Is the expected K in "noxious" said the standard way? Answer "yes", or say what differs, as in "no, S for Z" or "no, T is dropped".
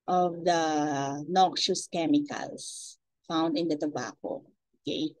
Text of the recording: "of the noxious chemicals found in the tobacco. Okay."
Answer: yes